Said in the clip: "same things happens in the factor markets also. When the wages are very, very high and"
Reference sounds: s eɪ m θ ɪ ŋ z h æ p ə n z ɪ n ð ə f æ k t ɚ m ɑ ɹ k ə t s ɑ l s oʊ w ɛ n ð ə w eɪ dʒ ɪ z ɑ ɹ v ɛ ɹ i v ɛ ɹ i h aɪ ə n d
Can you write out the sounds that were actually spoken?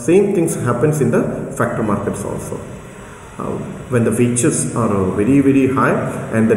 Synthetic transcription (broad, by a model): s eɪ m t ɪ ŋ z h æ p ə n s ɪ n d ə f æ k t ɚ m ɑ ɹ k ə t s ɑ l s oʊ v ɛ n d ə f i tʃ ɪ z ɑ ɹ v ɛ ɹ i v ɛ ɹ i h aɪ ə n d